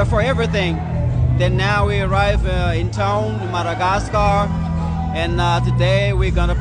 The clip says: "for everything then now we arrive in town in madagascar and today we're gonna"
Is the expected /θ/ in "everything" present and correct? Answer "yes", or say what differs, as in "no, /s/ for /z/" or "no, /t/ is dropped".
yes